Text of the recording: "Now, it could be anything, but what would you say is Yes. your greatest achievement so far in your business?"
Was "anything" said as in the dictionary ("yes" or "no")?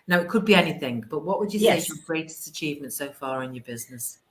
yes